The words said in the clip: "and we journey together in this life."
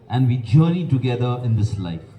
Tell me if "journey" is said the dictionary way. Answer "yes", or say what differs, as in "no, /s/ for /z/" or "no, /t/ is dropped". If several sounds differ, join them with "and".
no, /n/ is dropped